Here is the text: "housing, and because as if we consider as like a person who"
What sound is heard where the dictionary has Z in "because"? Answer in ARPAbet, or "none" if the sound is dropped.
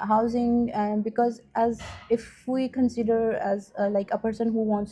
Z